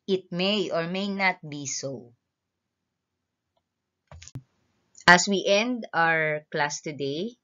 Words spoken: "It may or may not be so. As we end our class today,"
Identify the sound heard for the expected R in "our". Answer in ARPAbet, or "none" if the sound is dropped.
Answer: R